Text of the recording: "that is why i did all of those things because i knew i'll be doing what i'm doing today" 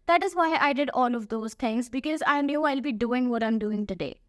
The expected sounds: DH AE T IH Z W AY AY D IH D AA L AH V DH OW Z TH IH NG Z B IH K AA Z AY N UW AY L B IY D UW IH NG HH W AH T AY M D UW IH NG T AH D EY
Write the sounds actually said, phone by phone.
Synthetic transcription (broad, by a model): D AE T IH Z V AY AY D IH D AA L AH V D OW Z T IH NG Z B IH K AA Z AY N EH AY L B IY D UW IH NG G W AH T AY M D UW IH NG T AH D EY